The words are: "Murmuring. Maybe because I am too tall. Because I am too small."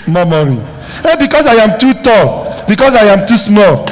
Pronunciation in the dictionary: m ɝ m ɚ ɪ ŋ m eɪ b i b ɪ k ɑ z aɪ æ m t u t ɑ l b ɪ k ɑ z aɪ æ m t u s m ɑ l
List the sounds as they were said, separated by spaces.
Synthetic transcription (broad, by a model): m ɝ m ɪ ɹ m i i b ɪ k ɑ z aɪ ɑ m t u t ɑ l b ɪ k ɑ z aɪ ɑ m t u s m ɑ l